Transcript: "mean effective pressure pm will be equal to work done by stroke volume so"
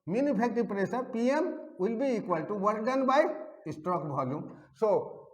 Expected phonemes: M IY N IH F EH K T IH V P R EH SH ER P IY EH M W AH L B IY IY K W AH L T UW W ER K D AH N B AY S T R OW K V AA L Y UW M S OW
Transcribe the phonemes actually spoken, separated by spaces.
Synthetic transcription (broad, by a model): M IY N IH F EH K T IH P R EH S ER P IY EH M W AH L B IY IY K W AH L T UW W ER K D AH N B AY S T R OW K B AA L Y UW M S OW